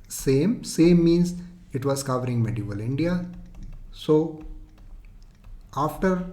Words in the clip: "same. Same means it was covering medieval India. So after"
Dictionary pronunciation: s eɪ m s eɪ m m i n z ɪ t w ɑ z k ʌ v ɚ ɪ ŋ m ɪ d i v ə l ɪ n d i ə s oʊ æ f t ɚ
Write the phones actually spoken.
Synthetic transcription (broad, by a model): s eɪ m s eɪ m m i n s ɪ t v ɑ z k ʌ v ɚ ɪ ŋ m ɪ d i v ə l ɪ n d i ə s oʊ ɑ f t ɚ